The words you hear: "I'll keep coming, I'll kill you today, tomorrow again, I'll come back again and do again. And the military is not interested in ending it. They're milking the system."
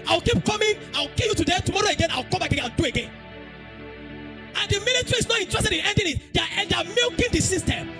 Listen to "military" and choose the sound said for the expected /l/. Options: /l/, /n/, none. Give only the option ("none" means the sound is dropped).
/n/